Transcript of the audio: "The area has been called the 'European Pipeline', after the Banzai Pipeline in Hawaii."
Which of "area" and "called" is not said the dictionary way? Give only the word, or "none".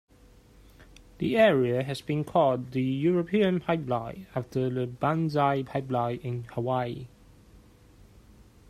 called